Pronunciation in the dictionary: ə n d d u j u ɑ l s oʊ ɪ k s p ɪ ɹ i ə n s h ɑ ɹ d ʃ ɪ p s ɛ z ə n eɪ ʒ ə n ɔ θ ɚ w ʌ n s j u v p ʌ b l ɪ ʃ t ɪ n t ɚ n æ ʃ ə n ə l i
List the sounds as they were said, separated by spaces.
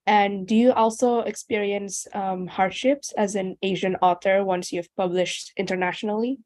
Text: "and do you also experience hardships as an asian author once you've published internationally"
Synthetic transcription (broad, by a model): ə n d d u j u ɑ l s oʊ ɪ k s p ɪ ɹ i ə n s h ɑ ɹ d ʃ ɪ p s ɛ z ə n eɪ ʒ ə n ɔ θ ɚ w ʌ n s j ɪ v p ʌ b l ɪ ʃ t ɪ n t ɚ n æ ʃ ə n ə l i